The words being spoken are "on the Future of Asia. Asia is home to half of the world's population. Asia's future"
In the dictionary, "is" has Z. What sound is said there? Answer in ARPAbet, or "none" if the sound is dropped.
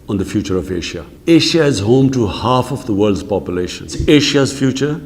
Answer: Z